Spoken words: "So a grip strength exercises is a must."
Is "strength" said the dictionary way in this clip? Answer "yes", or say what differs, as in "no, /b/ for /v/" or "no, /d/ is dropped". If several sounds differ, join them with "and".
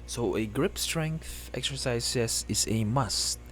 yes